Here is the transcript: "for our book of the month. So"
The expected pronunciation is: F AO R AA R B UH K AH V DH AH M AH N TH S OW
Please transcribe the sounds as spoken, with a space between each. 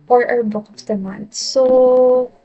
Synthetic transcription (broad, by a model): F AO R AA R B UH K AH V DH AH M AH N T S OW